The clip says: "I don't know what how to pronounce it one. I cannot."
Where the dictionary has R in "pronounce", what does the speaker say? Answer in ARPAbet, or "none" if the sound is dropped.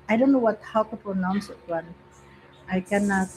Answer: none